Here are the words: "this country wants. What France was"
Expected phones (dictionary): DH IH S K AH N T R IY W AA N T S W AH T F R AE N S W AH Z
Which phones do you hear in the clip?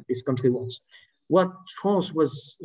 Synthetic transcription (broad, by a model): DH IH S K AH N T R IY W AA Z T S W AH T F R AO S W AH Z